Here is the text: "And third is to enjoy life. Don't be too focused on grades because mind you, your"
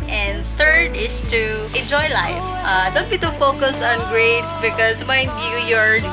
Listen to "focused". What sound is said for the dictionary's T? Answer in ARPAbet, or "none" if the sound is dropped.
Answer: none